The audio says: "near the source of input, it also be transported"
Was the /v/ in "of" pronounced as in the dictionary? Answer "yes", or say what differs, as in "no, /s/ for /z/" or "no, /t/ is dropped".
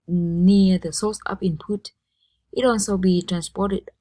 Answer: no, /p/ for /v/